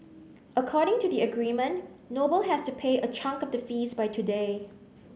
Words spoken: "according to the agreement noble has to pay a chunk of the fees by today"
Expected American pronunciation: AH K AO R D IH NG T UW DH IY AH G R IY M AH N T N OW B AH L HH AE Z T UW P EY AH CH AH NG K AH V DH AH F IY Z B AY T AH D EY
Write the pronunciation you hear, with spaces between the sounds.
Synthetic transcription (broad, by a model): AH K AO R D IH NG T UW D IY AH G R IY M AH N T N OW B AH L HH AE S T UW P EY AH CH AH NG K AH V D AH F IY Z B AY T AH D EY